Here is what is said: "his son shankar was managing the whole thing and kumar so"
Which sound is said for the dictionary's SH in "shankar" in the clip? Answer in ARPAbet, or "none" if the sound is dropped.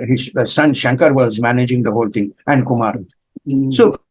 SH